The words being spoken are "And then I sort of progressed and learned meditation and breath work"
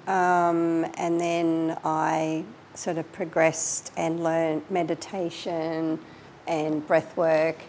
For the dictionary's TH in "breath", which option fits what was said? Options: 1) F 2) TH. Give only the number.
2